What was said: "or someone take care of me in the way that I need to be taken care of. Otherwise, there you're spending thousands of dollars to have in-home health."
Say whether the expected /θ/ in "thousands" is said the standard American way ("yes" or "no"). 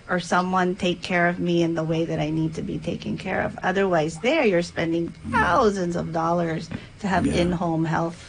yes